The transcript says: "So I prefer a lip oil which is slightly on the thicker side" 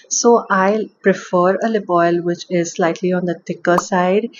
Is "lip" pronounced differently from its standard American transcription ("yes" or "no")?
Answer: yes